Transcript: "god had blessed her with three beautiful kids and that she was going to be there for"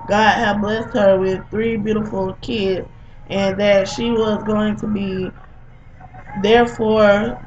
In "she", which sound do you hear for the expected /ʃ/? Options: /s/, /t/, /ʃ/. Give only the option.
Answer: /ʃ/